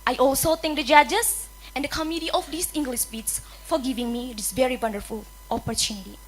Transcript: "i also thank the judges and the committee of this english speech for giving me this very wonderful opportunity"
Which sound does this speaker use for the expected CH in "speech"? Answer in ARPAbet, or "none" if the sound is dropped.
S